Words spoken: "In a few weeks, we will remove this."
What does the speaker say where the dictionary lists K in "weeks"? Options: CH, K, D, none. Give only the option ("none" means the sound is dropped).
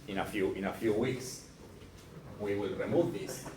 K